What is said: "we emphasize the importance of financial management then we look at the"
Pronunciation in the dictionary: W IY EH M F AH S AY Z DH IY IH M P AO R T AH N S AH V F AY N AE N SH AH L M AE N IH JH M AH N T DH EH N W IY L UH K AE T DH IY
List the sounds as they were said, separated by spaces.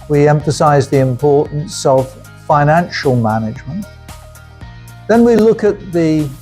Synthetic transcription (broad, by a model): W IY EH M F AH S AY Z DH IY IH M P AO R T N S AH V F AY N AE N SH AH L M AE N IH JH M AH N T DH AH N W IY L UH K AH T DH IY